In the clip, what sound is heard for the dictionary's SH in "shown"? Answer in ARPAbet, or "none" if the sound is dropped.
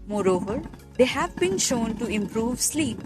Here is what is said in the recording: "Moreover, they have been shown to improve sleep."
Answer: SH